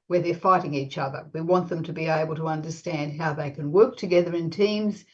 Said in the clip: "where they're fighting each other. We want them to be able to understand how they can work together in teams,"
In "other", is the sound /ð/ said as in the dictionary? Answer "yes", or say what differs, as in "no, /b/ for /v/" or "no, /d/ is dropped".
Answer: yes